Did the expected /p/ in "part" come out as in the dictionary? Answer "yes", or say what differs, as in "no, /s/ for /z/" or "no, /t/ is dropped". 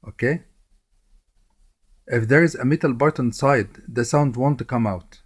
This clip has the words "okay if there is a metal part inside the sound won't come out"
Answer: no, /b/ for /p/